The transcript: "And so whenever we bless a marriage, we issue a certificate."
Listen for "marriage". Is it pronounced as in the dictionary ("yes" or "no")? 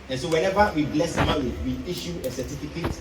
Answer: no